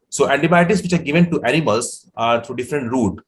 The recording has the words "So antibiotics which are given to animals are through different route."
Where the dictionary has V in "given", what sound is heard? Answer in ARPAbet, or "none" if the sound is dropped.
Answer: V